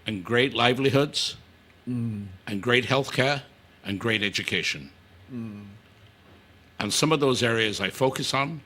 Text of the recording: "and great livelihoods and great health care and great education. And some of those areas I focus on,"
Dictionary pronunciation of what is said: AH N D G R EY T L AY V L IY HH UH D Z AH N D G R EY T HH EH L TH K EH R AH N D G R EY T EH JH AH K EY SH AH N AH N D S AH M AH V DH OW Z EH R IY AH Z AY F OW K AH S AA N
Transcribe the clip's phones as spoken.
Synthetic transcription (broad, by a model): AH N G R EY T L AY V L IY HH UH D Z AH N G R EY T HH EH L TH K EH R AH N G R EY T EH JH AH K EY SH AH N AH N S AH M AH V DH OW Z EH R IY AH Z AY F OW K AH S N